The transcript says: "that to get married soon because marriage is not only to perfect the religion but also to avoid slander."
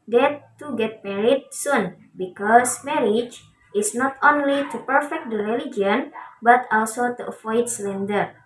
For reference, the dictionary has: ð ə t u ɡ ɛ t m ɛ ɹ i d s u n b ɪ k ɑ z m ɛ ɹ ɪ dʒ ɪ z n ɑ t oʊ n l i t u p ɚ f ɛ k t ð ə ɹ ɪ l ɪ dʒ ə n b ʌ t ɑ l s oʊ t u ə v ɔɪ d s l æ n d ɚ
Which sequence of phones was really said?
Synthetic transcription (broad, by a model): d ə t u ɡ ɛ t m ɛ ɹ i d s u n b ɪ k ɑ s m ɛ ɹ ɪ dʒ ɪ s n ɑ t oʊ n l i t u p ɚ f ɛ k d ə ɹ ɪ l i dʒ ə n b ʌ t ɑ l s oʊ t u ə f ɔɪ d s l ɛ n d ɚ